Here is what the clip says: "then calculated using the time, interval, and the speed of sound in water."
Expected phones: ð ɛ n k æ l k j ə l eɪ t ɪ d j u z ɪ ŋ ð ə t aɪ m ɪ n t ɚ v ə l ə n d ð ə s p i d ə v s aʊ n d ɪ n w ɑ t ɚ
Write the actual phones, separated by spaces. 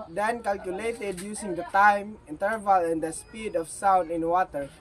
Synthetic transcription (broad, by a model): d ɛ n k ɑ l k j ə l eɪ t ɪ d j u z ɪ ŋ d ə t aɪ m ɪ n t ɚ v ə l ə n d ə s p i d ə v s aʊ n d ɪ n w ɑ t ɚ